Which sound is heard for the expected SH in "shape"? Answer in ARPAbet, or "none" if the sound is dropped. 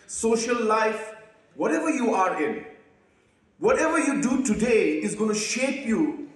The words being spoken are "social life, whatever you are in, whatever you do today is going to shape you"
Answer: SH